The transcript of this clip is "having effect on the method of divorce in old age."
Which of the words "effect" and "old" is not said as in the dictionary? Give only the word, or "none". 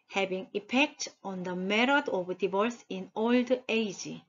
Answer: effect